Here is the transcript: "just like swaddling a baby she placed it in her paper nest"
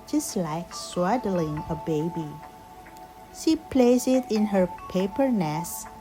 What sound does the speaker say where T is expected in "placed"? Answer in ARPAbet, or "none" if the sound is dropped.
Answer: none